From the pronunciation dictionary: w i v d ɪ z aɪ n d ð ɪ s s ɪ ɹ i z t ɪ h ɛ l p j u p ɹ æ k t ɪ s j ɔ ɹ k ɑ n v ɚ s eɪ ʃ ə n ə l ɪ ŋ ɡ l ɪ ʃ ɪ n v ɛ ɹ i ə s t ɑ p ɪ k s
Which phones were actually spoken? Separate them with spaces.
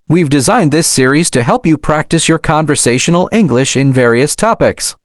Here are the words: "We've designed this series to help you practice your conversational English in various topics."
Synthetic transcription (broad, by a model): w i v d ɪ z aɪ n d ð ɪ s s ɪ ɹ i z t ɪ h ɛ l p j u p ɹ æ k t ɪ s j ɔ ɹ k ɑ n v ɚ s eɪ ʃ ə n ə l ɪ ŋ ɡ l ɪ ʃ ɪ n v ɛ ɹ i ə s t ɑ p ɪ k s